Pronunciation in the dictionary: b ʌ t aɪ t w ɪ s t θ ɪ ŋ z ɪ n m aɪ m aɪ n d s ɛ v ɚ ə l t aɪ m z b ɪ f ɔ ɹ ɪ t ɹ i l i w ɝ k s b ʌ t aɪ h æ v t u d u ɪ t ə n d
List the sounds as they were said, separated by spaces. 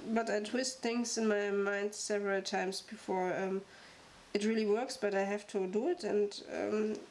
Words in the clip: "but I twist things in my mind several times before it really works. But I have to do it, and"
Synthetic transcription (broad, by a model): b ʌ t aɪ t w ɪ s t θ ɪ ŋ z ɪ n m aɪ m aɪ n d s ɛ v ɚ ə l t aɪ m s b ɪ f ɔ ɹ ɪ t ɹ i l i w ɝ k s b ʌ t aɪ h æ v t u d u ɪ t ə n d